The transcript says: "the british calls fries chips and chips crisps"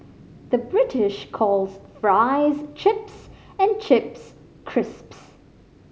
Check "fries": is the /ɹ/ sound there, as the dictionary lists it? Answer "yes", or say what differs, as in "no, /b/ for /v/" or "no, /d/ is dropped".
yes